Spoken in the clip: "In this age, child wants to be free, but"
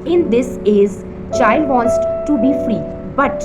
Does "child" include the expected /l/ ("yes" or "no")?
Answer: yes